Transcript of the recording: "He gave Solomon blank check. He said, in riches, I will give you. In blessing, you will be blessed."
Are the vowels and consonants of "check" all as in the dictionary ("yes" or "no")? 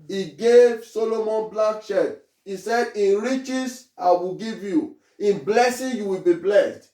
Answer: no